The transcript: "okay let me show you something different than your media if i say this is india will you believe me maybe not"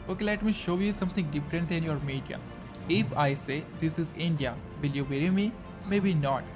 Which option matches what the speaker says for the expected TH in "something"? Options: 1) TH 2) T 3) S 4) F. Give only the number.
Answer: 2